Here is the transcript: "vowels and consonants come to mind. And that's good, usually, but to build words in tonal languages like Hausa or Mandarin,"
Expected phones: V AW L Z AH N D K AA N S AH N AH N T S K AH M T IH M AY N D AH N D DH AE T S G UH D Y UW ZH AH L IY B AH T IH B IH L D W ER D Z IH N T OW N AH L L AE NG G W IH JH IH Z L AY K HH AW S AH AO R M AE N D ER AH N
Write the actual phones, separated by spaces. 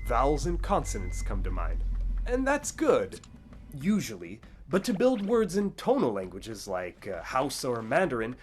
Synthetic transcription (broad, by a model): V AW L Z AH N K AA N S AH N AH N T S K AH M T IH M AY N D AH N DH AE T S G UH D Y UW ZH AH L IY B AH T IH B IH L D W ER D Z IH N T OW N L L AE NG G W IH JH IH Z L AY K HH AW S AH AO R M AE N D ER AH N